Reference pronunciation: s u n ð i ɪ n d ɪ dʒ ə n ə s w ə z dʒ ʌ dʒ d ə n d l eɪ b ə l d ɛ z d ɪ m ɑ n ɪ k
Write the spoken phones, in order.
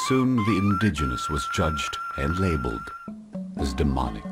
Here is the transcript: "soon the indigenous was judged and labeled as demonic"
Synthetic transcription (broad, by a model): s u n ð i ɪ n d ɪ dʒ ə n ə s w ə z dʒ ʌ dʒ d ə n l eɪ b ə l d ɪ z d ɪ m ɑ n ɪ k